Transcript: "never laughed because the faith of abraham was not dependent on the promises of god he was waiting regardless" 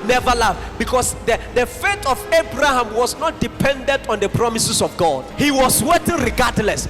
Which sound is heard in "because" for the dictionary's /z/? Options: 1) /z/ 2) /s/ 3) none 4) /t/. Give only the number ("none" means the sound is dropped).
2